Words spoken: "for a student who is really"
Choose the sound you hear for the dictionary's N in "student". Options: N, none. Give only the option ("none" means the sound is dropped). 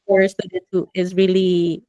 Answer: none